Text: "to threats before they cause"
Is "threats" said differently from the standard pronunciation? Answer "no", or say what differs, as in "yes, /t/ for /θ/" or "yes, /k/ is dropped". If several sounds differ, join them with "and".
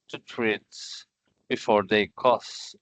yes, /t/ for /θ/